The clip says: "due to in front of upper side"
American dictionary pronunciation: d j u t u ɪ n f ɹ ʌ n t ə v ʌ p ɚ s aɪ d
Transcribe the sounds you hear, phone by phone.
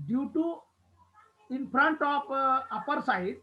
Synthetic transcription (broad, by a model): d j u t u ɪ n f ɹ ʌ n t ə p ʌ p ɚ s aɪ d